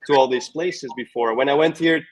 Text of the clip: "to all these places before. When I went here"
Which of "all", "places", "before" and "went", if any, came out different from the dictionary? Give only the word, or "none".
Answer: none